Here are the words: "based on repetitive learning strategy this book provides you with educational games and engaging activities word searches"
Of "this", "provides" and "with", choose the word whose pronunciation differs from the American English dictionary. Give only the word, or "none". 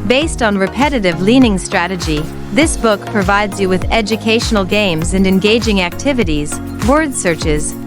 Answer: none